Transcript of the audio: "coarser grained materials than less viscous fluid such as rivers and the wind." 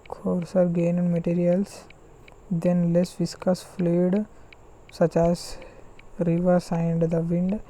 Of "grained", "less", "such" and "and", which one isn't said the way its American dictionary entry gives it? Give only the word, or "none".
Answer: grained